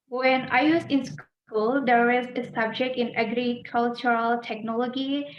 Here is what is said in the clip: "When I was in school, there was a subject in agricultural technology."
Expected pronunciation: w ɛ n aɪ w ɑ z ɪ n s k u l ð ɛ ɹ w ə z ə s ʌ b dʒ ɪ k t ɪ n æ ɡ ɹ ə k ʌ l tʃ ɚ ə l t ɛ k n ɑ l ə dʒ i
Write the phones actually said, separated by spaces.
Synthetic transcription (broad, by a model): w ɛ n aɪ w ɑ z ɪ n s k u l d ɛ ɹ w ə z ə s ʌ b dʒ ɪ k t ɪ n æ ɡ ɹ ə k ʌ l tʃ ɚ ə l t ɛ k n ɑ l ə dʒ i